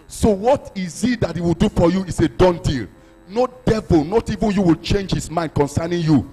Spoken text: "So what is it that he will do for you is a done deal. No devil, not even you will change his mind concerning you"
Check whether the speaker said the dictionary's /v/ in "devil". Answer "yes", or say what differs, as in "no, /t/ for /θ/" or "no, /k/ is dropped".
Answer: yes